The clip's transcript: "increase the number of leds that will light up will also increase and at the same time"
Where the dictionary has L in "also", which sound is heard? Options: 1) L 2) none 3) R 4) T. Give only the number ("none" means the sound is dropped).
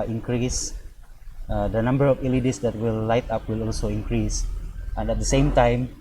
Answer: 1